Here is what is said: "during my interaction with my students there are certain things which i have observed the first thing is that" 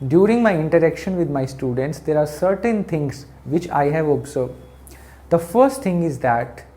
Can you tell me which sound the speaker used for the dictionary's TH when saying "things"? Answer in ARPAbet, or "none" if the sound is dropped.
T